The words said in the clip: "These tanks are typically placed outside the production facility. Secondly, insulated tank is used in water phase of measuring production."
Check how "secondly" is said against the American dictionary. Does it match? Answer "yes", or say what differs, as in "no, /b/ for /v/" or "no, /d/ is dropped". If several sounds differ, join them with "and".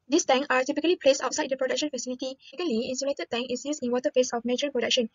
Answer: no, /n/ is dropped